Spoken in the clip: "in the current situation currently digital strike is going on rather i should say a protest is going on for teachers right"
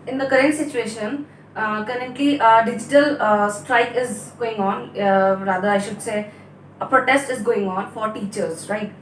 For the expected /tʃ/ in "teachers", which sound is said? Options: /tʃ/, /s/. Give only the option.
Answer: /tʃ/